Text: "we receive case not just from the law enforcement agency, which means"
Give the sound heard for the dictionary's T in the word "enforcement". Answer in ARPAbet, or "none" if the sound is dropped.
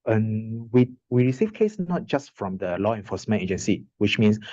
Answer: none